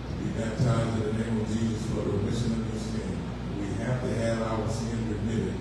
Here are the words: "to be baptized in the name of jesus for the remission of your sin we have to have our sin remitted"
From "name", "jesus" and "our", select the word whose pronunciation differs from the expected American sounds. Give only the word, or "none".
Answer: none